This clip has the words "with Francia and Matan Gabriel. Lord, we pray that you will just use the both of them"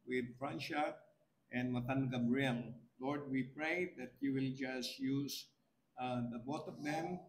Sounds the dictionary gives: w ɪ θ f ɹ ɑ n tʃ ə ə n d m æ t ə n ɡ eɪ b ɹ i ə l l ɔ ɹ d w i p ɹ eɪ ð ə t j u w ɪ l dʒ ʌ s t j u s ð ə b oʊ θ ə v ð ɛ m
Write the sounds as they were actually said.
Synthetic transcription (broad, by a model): w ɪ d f ɹ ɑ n ʃ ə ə n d m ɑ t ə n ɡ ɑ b ɹ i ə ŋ l ɔ ɹ d w i p ɹ eɪ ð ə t j u w ɪ l dʒ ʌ s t j u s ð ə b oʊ t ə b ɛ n